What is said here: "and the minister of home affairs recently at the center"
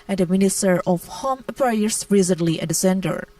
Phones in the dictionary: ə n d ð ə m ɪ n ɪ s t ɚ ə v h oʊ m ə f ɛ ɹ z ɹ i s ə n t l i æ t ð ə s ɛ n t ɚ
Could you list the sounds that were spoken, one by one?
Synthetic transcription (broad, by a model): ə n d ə m ɪ n ɪ s t ɚ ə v h oʊ m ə p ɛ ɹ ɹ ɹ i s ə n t l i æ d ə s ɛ n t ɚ